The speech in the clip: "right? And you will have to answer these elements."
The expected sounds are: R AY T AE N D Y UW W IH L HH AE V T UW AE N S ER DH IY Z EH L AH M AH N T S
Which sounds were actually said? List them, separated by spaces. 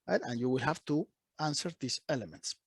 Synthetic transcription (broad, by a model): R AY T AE N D Y UW W IH L HH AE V T UW AE N S ER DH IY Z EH L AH M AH N T S